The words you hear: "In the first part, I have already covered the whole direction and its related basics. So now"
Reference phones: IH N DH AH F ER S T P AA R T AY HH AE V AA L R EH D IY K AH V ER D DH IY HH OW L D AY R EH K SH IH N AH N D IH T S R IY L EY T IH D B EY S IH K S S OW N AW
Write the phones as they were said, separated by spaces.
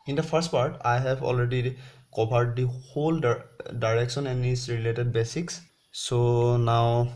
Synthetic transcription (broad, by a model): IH N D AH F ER S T P AA R T AY HH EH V AA L R EH D IY K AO B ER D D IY HH OW L D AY R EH K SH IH N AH N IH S R IY L EY T IH D B EY S IH K S S OW N AW